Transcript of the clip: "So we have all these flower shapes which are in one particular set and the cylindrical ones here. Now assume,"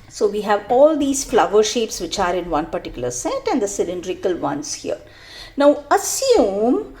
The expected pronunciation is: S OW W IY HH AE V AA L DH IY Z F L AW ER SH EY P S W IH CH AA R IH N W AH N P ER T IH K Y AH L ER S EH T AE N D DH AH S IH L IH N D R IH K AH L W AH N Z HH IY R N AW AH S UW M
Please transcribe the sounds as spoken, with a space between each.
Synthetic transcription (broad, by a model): S OW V IY HH AE V AA L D IY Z F L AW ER SH EY P S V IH CH AA R IH N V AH N P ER T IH K Y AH L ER S EH T AE N D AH S IH L IH N D R IH K AH L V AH N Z HH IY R N AW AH S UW M